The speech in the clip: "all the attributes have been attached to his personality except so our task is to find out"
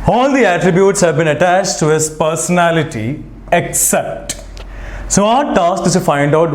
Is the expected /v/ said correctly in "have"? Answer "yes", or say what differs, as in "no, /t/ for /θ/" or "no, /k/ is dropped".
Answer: yes